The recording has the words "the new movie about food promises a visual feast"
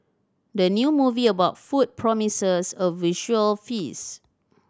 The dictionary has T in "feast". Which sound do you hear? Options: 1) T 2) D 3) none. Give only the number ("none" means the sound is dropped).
3